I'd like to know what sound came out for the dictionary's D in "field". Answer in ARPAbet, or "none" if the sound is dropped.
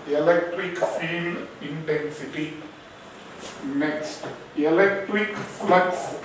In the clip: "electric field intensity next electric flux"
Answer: none